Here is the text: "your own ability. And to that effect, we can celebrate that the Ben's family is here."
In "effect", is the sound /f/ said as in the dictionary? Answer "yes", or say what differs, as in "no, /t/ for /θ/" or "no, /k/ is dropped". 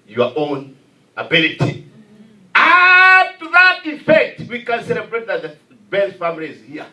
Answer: yes